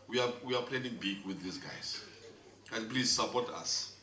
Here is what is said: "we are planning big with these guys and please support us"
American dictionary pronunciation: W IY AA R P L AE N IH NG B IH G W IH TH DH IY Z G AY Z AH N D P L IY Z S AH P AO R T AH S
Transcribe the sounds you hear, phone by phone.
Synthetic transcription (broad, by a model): W IY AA W P L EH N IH NG B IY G W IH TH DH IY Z G AY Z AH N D P L IY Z S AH P AO T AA S